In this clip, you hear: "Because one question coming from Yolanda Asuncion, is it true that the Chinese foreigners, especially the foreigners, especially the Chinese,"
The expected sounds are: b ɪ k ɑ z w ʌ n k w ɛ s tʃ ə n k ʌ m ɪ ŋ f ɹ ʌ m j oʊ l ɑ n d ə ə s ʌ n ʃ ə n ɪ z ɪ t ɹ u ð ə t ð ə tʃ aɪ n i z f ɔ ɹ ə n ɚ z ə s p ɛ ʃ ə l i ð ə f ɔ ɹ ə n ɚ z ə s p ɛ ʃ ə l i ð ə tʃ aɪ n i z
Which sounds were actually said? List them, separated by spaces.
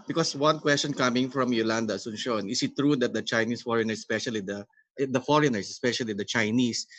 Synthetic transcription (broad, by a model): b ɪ k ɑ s w ʌ n k w ɛ s tʃ ə n k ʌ m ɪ ŋ f ɹ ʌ m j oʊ l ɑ n d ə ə s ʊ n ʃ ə n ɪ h ɪ t ɹ u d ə t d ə tʃ aɪ n i s f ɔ ɹ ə n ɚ s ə s p ɛ ʃ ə l i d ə f ɔ ɹ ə n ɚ s ə s p ɛ ʃ ə l i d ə tʃ aɪ n i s